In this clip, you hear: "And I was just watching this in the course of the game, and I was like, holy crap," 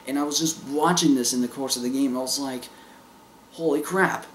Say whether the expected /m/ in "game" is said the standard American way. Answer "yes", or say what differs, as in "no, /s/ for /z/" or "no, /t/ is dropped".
no, /m/ is dropped